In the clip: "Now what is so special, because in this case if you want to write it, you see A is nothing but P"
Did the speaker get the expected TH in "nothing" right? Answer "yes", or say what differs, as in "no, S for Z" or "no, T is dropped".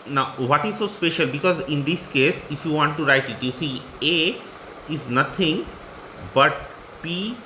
no, T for TH